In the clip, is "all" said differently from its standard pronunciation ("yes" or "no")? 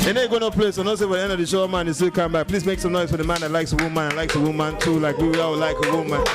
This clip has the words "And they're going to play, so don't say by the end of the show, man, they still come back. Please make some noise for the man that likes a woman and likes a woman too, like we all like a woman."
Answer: yes